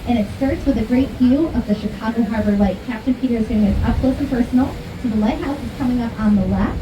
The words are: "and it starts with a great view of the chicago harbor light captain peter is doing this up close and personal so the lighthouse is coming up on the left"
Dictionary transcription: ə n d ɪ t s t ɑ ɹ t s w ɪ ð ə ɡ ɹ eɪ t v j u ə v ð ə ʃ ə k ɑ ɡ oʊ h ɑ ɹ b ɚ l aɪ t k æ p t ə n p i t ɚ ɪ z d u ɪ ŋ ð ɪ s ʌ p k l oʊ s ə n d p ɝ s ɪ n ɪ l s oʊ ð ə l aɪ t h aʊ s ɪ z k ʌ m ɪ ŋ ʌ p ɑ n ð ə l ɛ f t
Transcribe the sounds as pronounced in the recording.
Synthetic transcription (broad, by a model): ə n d ɪ t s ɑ ɹ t s w ɪ ð ə ɡ ɹ eɪ t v j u ə v ð ə ʃ ə k ɑ ɡ oʊ h ɑ ɹ b ɚ l aɪ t k æ p t ə n p i t ɚ ɪ z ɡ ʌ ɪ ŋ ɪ ʌ p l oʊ ə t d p ɝ s n l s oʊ ð ə l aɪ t h aʊ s ɪ z k ʌ m ɪ ŋ ʌ p n ð ə l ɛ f